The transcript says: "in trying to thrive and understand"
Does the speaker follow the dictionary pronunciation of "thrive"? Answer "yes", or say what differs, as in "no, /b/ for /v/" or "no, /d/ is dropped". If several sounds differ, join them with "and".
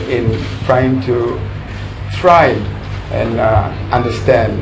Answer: no, /t/ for /θ/ and /v/ is dropped